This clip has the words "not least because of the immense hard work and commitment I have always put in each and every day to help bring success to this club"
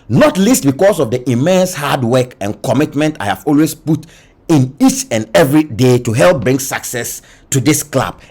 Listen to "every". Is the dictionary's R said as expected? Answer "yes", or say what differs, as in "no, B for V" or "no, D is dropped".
yes